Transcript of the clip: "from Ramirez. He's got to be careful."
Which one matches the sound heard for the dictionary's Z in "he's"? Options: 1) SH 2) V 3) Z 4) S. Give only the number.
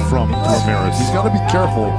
3